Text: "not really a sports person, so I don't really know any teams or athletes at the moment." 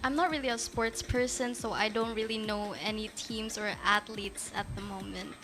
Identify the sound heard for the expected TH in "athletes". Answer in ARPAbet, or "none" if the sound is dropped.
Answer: T